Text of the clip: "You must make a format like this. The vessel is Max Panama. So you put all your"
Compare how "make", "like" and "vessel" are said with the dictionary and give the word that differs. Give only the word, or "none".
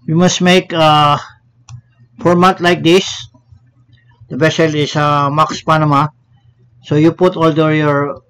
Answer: vessel